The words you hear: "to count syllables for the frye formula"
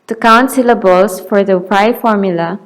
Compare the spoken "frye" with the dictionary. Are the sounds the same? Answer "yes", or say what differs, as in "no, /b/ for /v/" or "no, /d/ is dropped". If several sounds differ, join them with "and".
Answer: no, /p/ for /f/